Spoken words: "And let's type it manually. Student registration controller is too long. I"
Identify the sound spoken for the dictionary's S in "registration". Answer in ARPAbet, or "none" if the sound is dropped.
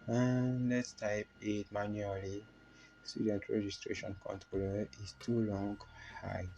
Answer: S